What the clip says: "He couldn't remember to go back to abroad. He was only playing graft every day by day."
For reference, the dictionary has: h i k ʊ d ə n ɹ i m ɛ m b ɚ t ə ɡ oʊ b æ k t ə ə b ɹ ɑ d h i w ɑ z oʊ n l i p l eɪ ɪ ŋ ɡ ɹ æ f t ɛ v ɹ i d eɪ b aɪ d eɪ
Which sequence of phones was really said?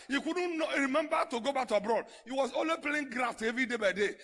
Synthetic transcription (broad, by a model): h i k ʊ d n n ɹ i m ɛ m b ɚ t ə ɡ oʊ b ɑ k t ə b ɹ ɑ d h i w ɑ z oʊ l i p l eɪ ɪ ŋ ɡ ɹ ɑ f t ɛ v ɹ i d eɪ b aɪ d eɪ